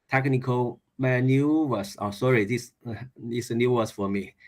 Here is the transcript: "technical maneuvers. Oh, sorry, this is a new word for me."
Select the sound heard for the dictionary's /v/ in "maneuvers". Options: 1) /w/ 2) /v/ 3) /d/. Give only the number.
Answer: 1